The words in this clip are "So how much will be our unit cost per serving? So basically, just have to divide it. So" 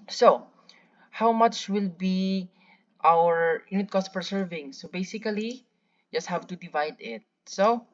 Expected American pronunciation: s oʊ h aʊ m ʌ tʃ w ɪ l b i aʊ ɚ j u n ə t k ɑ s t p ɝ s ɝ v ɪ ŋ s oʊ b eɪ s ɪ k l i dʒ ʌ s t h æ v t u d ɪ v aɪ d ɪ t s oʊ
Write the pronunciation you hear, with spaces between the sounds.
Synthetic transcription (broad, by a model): s oʊ h aʊ m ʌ tʃ w ɪ l b i aʊ ɚ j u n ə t k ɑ s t p ɝ s ɝ v ɪ ŋ s oʊ b eɪ s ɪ k l i dʒ ʌ s t h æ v t u d ɪ v aɪ d ɪ t s oʊ